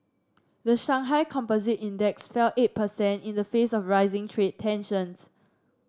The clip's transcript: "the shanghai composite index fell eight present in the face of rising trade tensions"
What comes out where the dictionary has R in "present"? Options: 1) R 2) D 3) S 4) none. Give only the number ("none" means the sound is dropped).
4